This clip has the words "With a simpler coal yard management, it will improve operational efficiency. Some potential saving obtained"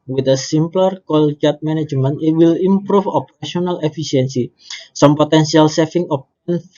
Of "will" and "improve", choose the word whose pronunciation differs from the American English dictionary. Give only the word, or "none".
improve